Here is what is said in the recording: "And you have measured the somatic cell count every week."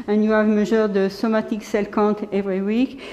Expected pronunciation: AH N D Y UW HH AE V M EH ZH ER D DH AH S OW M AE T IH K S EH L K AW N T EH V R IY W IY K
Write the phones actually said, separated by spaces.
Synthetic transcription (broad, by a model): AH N Y UW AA V M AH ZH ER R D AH S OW M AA T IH K S EH L K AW T EH V R IY W IY K